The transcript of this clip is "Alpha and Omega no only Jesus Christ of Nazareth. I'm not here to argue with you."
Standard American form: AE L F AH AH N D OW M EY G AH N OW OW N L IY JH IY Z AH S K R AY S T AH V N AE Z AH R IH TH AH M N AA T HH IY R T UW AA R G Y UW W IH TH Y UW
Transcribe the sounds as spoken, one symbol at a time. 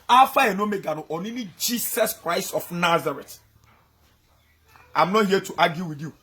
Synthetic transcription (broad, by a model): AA F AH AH N OW M EY G AH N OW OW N N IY JH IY S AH S K R AY S T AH F N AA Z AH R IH T AH M N AA T HH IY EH T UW AA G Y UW W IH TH Y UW